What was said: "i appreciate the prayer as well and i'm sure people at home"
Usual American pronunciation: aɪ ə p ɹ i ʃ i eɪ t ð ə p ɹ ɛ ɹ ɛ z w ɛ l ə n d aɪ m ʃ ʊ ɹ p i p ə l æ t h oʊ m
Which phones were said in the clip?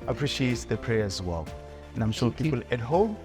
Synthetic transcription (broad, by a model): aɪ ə p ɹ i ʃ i eɪ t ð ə p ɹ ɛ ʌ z w ɛ l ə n aɪ m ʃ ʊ l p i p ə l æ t h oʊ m